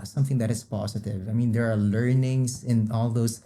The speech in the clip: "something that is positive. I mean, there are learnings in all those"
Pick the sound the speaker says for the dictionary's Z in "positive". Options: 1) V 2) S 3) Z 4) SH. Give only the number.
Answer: 2